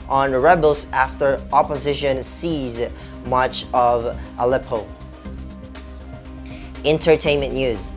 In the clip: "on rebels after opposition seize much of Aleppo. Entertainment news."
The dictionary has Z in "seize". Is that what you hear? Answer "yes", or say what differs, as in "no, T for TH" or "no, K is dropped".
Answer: yes